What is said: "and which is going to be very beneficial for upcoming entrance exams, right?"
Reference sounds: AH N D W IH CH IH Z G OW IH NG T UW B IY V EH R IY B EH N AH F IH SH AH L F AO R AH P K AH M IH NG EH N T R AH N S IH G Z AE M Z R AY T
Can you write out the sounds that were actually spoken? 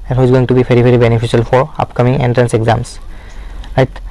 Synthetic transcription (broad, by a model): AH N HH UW IH Z G OW IH NG T UW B IY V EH R IY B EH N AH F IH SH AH L F AO R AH P K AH M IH NG EH N T R AH N S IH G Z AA M S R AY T